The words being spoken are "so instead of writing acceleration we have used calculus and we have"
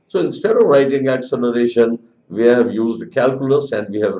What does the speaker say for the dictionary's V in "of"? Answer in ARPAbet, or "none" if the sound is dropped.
V